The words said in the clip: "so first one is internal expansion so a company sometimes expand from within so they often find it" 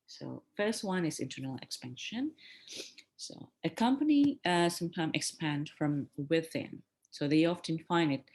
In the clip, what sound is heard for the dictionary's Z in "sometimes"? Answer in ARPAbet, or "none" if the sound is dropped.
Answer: none